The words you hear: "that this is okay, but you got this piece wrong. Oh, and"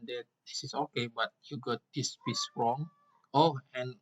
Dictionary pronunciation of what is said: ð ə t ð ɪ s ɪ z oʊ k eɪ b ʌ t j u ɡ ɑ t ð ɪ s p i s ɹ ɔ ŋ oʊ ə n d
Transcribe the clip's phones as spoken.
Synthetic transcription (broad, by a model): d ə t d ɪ s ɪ s oʊ k eɪ b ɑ t j u ɡ ɑ t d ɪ s b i s ɹ ɔ ŋ oʊ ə n